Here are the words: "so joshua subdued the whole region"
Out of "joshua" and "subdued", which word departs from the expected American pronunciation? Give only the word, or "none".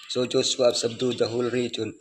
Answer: joshua